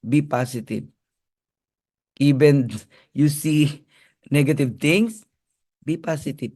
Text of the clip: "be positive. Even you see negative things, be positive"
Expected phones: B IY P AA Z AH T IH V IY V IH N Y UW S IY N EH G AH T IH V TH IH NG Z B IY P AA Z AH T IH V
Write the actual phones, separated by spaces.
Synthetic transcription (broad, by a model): B IY P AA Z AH T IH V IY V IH N Y UW S IY N EH G AH T IH V T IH NG S B IY P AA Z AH T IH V